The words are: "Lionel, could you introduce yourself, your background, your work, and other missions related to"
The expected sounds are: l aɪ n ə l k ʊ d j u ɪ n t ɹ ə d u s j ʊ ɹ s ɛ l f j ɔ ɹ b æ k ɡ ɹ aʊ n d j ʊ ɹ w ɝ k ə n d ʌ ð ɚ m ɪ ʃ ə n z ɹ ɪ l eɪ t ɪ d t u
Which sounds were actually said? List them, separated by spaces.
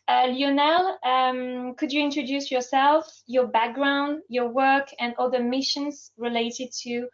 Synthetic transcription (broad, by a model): l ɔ n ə l k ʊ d j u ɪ n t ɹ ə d u s j ʊ ɹ s ɛ l f j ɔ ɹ b æ k ɡ ɹ aʊ n d j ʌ ɹ w ɝ k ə n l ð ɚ m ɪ ʃ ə n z ɹ ɪ l eɪ t ɪ d t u